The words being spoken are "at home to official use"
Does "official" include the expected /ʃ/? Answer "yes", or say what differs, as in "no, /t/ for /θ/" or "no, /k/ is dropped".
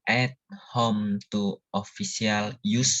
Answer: no, /s/ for /ʃ/